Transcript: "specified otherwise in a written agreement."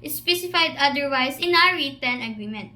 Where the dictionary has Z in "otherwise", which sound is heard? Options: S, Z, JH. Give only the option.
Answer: S